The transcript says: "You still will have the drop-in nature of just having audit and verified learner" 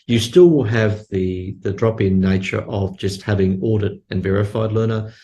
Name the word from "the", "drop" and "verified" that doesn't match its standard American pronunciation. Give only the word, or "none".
none